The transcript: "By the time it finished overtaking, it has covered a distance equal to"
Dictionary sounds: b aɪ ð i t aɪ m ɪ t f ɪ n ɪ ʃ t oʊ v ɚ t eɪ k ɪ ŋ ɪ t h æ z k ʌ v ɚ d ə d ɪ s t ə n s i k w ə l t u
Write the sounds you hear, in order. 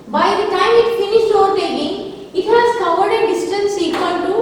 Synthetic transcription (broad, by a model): b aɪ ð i t aɪ m ɪ t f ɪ n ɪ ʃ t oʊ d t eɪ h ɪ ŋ ɪ t h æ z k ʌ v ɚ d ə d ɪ s t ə n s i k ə n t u